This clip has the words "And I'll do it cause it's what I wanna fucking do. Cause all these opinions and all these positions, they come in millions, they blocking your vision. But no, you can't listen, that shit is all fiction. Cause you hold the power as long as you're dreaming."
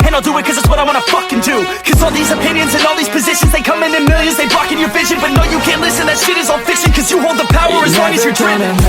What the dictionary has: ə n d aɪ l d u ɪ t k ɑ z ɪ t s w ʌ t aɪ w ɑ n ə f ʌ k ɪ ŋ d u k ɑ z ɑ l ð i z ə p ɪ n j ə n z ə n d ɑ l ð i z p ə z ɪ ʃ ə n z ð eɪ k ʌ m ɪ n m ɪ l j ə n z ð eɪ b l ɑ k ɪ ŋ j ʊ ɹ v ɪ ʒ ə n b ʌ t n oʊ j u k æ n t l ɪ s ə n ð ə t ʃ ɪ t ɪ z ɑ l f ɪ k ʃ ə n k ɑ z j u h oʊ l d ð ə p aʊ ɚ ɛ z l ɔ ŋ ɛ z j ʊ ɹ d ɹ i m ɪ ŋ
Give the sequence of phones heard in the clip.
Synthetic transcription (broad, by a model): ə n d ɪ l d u ɪ t k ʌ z ɪ t s w ʌ t aɪ w ɑ n ə f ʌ k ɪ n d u k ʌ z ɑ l ð i z ə p ɪ n j ə n z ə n ɑ l ð i z p ə z ɪ ʃ ə n z ð eɪ k ʌ m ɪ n m ɪ l j ə n z ð eɪ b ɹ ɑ k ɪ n j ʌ ɹ v ɪ ʒ ə n b ʌ t n oʊ j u k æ n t l ɪ s ə n ð ə t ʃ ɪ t ɪ z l f ɪ k s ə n k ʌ z j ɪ h oʊ l d ð ə p aʊ ɚ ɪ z w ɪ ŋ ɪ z j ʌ ɹ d ɹ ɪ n